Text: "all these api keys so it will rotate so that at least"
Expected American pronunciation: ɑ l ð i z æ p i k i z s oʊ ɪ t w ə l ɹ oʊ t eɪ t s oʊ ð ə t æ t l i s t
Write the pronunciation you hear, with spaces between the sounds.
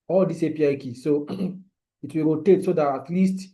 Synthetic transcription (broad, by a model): ɑ l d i s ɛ p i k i s oʊ ɪ t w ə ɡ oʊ t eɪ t s oʊ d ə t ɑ t l i s t